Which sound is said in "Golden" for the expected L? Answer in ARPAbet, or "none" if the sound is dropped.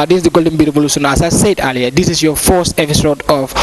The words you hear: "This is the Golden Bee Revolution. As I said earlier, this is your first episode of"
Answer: L